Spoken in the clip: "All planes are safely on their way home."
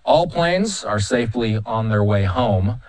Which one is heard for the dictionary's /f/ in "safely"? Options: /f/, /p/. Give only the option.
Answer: /f/